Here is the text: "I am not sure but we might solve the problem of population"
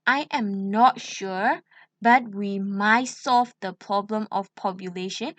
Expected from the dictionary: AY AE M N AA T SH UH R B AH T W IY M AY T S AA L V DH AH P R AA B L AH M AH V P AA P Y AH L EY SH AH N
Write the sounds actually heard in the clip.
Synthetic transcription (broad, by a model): AY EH M N AA T SH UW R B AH T W IY M AY T S AA L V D AH P R AA B L AH M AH F P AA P Y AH L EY SH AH N